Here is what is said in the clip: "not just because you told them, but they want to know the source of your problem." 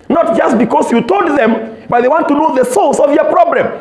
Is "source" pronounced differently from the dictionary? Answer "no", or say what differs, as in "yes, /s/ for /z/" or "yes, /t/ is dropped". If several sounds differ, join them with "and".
yes, /l/ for /ɹ/